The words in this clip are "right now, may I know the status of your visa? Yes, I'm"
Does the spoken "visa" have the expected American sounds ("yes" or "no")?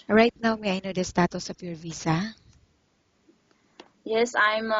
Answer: no